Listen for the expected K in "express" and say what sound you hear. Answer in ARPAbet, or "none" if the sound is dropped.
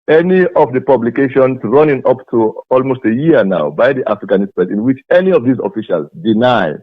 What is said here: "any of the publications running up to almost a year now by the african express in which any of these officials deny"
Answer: none